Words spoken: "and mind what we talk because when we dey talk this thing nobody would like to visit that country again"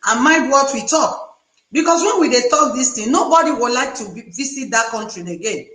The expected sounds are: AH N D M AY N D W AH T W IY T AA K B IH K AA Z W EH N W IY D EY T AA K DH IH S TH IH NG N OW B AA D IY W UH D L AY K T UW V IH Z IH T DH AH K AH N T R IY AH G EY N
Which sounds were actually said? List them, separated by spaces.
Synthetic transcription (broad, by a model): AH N M AY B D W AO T W IY T AA K B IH K AA S W EH N W IY D EY T AA K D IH S T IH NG N OW B AA D IY W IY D L AY K T UW V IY S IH T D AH K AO N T R IY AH G EY N